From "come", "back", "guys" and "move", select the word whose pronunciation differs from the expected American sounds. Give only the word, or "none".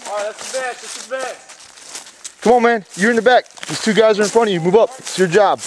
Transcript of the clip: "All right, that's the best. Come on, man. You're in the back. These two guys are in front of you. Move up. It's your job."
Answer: none